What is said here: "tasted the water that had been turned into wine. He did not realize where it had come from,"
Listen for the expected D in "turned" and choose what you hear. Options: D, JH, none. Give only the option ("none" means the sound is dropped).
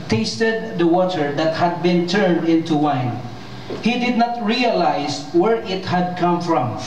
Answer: D